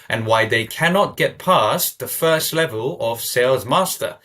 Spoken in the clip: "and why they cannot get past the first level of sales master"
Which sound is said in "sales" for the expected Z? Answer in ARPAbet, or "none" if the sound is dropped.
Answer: Z